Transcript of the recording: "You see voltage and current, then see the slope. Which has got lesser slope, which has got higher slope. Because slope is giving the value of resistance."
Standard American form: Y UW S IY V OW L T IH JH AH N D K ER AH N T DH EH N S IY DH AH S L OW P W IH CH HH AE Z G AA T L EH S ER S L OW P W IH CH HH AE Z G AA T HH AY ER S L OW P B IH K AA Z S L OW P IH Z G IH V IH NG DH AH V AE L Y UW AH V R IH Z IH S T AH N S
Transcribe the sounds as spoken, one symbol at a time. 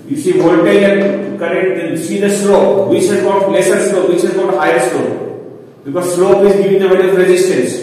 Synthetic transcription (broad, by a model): Y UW S IY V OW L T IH AH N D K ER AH T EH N S IY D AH S L OW P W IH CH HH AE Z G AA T L EH S ER S L OW P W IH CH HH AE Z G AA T HH AY ER S L OW P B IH K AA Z S L OW P IH Z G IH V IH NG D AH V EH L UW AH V R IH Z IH S T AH N S